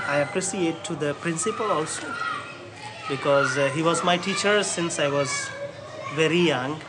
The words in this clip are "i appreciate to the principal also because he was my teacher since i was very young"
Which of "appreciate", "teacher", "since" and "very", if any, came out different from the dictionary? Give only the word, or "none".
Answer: appreciate